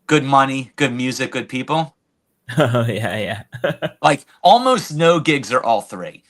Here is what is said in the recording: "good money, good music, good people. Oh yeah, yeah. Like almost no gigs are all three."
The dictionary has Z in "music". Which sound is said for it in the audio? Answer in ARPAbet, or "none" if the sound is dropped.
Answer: Z